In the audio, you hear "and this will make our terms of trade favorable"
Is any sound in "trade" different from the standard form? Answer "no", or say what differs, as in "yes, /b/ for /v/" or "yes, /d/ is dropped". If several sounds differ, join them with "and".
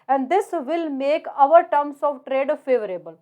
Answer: no